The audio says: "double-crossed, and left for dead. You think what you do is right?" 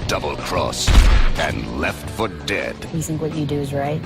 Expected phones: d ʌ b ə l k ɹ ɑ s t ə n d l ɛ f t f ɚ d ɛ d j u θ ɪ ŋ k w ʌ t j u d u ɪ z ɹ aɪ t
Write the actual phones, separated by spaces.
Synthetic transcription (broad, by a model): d ʌ b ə l k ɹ ɑ s ə n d l ɛ f t f ɚ d ɛ d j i θ ɪ ŋ k w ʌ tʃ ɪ d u ɪ z ɹ aɪ t